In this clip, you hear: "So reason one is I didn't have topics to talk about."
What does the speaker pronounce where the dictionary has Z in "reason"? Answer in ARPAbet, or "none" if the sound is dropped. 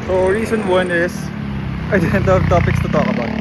S